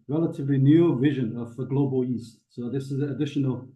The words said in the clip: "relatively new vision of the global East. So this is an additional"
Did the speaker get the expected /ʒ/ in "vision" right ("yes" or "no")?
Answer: yes